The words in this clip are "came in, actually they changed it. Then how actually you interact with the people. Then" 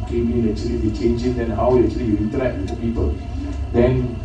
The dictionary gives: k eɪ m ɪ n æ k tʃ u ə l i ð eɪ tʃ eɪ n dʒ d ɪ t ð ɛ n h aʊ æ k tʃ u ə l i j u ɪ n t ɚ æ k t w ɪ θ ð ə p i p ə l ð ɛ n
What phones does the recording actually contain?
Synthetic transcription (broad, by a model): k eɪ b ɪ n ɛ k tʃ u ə l i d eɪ tʃ eɪ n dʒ ɪ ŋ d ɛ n h aʊ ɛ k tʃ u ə l i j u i n t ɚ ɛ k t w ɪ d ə p i p ə l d ɛ n